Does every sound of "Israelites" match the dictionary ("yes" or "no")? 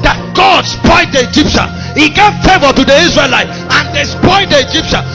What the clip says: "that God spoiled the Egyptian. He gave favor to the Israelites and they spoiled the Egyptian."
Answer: no